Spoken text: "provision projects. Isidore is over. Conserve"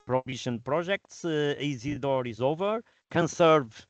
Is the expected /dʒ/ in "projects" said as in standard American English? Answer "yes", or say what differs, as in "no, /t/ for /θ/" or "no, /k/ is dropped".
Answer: no, /ʒ/ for /dʒ/